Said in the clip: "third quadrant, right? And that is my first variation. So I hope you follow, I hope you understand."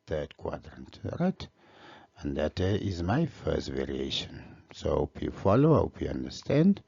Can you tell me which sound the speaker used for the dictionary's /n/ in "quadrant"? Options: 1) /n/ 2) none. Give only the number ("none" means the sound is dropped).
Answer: 1